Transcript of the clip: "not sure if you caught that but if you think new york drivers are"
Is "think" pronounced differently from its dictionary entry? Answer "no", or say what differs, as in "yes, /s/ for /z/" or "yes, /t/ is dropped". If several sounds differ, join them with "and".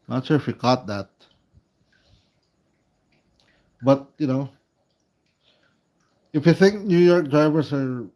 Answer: no